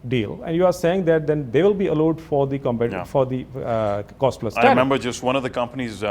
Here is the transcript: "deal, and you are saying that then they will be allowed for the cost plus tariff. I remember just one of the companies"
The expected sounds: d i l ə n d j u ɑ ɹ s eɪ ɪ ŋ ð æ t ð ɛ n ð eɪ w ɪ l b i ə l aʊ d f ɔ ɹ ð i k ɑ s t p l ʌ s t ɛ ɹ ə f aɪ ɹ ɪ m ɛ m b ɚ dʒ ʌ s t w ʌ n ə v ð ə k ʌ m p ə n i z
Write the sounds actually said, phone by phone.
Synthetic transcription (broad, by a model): d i l ə n d j u ɑ ɹ s eɪ ɪ ŋ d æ t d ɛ n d eɪ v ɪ l b i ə l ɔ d f ɔ ɹ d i k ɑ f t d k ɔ s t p l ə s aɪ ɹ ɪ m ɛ m b ɚ dʒ ʌ s t w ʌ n ə v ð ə k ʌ m p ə n i z